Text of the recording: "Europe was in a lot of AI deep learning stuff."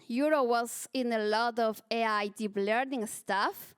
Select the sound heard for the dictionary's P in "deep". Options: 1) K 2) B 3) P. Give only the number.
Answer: 2